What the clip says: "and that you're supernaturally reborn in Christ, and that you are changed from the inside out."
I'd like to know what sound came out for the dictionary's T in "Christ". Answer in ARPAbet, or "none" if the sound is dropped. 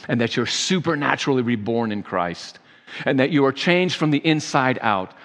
T